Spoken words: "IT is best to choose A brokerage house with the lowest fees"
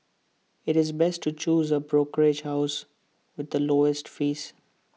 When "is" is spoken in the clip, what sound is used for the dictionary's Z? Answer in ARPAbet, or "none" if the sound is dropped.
Z